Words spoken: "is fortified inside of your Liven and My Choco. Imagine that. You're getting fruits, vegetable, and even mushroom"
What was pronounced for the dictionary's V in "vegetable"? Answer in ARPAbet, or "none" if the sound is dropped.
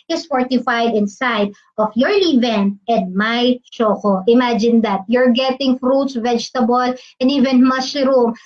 V